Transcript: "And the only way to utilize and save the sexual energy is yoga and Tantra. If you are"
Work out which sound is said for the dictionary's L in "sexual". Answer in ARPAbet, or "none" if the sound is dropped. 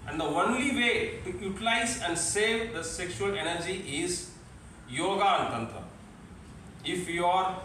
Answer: L